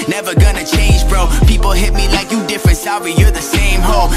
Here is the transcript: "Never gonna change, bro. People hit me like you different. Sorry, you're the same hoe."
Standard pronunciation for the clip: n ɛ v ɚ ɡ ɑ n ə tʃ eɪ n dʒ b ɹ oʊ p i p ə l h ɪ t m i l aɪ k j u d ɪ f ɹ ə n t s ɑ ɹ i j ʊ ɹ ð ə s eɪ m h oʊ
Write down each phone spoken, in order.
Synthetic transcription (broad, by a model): n ɛ v ɚ ɡ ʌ n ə tʃ eɪ n dʒ b ɹ oʊ p i p l h ɪ t m i l aɪ k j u d ɪ f ɹ ə n t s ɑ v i j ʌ ɹ ð ə s eɪ m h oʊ